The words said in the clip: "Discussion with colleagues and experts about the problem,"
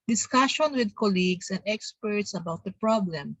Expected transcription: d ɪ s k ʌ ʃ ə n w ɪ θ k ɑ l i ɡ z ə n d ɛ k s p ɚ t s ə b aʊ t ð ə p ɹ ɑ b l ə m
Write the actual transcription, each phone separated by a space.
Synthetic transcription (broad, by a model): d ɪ s k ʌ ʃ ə n w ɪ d k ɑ l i ɡ s ə n d ɛ k s p ɚ t s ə b aʊ t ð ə p ɹ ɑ b l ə m